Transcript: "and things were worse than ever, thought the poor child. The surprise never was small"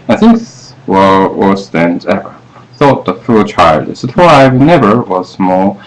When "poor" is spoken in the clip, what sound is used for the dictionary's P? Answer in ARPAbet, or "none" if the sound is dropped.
F